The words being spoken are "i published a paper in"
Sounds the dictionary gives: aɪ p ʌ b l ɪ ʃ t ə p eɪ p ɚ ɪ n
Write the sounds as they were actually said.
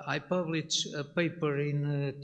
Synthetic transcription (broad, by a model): aɪ p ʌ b l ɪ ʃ ə p eɪ p ɚ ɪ n